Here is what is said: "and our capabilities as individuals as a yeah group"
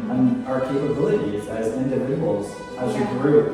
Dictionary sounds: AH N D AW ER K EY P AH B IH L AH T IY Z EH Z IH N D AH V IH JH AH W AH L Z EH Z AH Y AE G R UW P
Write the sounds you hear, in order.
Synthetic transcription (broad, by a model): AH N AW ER K EY P AH B IH L AH T IY Z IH Z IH N D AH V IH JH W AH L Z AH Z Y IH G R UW